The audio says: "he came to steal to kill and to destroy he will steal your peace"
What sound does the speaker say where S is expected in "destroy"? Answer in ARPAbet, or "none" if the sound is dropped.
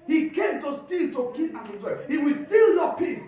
none